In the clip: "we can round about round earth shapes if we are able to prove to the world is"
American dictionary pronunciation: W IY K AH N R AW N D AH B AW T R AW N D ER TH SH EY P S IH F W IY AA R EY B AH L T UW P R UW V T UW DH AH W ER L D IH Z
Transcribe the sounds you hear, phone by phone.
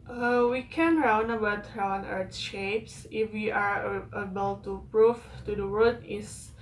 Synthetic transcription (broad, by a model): W IY K AH N R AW N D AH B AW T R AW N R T SH EY P S IH F W IY AA R EY B AH L T UW P R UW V T UW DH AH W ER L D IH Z